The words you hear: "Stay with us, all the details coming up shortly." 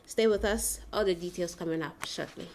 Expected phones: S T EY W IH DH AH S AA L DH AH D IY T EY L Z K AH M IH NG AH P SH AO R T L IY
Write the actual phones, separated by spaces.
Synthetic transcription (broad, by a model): S T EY W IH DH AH S AA L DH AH D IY T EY L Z K AH M IH NG AH P SH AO R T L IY